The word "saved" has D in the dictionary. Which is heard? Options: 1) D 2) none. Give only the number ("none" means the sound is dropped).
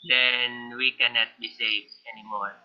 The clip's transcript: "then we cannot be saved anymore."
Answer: 2